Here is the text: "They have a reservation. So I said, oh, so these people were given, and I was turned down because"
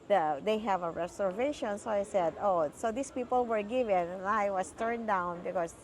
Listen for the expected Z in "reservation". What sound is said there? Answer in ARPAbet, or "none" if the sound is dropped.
S